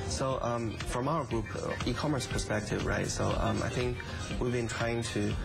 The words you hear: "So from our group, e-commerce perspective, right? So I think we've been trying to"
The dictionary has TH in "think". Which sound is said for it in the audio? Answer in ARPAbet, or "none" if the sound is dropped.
TH